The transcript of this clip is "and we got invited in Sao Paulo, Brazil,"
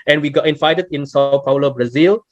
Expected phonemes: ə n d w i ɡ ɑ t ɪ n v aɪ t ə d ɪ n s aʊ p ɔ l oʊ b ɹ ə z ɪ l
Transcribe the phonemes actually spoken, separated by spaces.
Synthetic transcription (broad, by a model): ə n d w i ɡ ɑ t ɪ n f aɪ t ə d ɪ n s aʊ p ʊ l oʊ b ɹ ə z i l